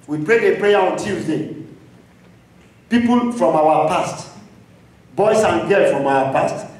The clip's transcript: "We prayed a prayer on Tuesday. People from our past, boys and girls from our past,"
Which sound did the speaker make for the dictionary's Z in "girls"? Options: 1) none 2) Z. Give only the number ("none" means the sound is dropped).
1